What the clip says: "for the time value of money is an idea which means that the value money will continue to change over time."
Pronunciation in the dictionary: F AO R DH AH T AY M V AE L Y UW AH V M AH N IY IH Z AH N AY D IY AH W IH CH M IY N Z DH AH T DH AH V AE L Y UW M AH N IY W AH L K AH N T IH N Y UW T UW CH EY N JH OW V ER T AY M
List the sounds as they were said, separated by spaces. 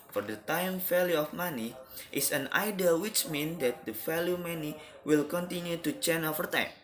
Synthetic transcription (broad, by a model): F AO R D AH T AY M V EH L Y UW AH F M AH N IY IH S AH N AY D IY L W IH CH M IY N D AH T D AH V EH L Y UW M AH N IY W AH L K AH N T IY N Y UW T UW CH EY N OW F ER T AY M